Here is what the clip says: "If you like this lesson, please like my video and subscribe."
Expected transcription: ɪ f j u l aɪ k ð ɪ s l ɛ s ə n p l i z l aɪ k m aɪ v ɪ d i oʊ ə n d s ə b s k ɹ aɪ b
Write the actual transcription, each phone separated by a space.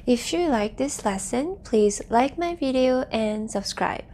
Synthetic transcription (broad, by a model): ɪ f j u l aɪ k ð ɪ s l ɛ s ə n p l i z l aɪ k m aɪ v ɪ d i oʊ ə n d s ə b s k ɹ aɪ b